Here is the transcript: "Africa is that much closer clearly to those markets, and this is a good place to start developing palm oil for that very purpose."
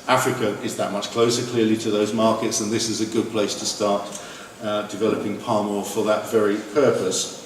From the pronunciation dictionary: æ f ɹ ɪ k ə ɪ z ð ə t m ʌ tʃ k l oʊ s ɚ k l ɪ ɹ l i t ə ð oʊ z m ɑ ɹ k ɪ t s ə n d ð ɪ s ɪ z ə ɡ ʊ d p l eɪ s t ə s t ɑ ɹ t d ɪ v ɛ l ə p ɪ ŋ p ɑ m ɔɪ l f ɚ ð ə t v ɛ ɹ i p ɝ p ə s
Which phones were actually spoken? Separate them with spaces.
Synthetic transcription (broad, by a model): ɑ f ɹ ɪ k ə ɪ z ð ə t m ʌ tʃ k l oʊ s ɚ k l ɪ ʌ l i t ə ð oʊ z m ɑ k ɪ t s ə n ð ɪ s ɪ z ə ɡ ʊ d p l eɪ s t ə s t ɑ t d ɪ v ɛ l ə p ɪ ŋ p ɑ m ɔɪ f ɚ ð ə t v ɛ ɹ i p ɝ p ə s